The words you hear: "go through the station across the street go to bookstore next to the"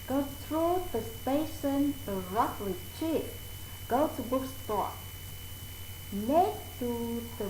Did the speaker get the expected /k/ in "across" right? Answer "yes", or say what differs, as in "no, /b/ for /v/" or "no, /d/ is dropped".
no, /k/ is dropped